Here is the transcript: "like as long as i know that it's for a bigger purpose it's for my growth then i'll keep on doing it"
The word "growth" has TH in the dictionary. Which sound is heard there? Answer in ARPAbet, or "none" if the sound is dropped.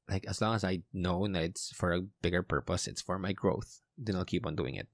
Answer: TH